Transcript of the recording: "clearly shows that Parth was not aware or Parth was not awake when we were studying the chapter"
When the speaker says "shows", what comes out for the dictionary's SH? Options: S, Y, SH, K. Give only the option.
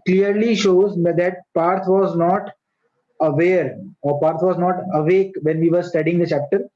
SH